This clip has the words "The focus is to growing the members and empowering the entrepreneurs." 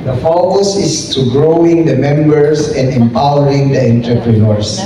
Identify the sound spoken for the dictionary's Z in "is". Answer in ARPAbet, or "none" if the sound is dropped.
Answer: S